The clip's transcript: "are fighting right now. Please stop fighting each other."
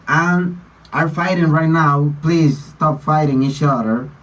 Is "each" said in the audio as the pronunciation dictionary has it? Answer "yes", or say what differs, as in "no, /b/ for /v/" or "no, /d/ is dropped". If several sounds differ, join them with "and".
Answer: no, /ʃ/ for /tʃ/